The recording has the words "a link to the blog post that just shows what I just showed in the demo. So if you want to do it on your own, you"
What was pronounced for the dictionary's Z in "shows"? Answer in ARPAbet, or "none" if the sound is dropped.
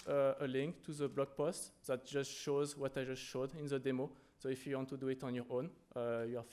Z